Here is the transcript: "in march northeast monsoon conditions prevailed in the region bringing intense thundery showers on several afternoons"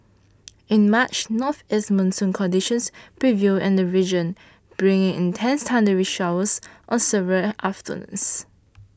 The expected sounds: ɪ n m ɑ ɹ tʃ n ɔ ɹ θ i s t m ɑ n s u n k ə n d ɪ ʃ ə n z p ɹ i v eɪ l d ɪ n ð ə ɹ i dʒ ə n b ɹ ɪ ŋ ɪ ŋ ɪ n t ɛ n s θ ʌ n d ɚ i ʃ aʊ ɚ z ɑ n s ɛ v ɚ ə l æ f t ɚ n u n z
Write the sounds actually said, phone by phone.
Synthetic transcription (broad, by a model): ɪ n m ɑ tʃ n ɔ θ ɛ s m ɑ n s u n k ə n d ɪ ʃ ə n s p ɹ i v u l ɪ n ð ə ɹ i dʒ ə n b ɹ ɪ ŋ ɪ ŋ ɪ n t ɛ n s t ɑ n d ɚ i ʃ aʊ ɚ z ɑ n s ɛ v ɚ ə l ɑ f t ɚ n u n s